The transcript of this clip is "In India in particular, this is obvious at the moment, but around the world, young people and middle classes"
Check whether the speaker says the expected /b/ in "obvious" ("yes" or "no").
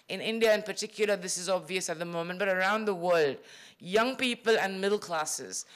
yes